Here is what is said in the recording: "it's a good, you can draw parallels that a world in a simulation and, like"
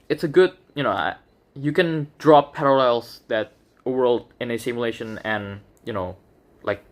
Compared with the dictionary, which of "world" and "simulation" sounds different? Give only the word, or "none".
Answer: none